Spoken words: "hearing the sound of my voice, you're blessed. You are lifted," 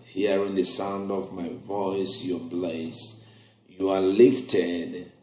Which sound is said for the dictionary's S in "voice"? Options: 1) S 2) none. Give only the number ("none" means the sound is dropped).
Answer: 1